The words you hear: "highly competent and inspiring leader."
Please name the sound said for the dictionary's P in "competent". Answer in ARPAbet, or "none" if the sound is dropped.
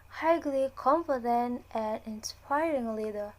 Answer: F